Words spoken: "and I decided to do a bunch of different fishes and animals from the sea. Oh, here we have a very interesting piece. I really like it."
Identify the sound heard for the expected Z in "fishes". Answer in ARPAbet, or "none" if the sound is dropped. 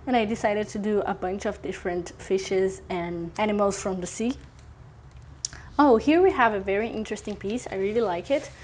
Z